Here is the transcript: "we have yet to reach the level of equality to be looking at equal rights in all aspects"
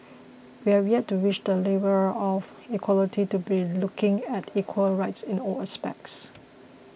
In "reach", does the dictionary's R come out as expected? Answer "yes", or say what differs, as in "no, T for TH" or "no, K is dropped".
no, W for R